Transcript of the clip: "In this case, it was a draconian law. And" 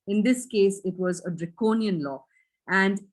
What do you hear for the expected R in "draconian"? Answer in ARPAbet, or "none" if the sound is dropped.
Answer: R